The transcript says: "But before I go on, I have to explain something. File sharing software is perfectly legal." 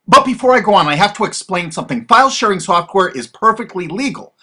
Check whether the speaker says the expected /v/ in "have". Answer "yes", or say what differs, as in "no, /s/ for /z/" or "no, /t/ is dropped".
no, /f/ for /v/